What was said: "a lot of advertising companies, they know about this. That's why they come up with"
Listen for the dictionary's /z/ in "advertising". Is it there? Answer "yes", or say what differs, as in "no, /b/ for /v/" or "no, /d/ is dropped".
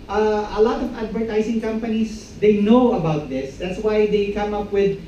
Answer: no, /s/ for /z/